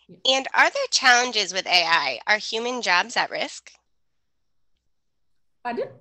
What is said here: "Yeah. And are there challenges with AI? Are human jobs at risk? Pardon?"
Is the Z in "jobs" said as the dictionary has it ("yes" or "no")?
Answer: yes